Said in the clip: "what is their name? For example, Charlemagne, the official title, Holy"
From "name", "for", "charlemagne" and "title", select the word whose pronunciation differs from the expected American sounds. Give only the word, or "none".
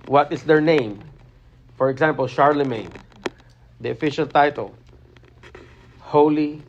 none